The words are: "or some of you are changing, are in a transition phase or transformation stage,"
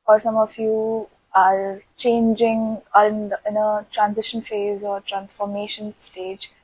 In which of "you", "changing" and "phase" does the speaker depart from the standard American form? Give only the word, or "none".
none